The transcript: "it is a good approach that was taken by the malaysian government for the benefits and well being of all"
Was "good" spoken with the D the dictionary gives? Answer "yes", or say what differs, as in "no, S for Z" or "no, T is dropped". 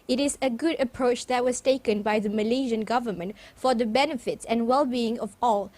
yes